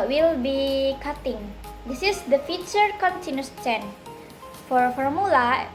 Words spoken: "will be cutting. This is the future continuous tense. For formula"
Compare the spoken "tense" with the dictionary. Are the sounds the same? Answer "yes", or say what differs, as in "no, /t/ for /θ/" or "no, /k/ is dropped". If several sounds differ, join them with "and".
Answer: no, /s/ is dropped